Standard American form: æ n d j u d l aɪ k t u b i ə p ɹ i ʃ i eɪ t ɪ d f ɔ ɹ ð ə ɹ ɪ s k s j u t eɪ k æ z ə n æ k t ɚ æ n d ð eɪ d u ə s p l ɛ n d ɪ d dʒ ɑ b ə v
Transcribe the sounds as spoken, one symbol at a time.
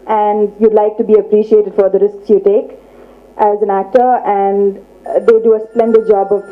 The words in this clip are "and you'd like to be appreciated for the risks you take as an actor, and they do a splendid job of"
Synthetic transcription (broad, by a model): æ n d j u d l aɪ k t u b i ə p ɹ i ʃ i eɪ t ɪ d f ɔ ɹ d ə ɹ ɪ s k s j u t eɪ k æ z ə n æ k t ɚ æ n d eɪ d u ə s p l ɛ n d ɪ d dʒ ɑ b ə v